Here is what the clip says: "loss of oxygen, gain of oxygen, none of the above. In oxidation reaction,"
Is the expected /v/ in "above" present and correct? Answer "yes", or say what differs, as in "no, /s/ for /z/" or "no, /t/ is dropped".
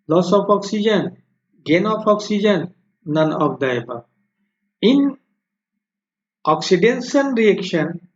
no, /v/ is dropped